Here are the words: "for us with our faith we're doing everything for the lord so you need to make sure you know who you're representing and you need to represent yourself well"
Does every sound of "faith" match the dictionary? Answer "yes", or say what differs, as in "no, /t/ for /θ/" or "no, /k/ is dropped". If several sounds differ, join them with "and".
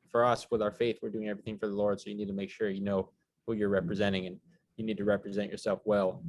yes